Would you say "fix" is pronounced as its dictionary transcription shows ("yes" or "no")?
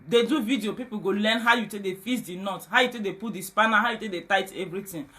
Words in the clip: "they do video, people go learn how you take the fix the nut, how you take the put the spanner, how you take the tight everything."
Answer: no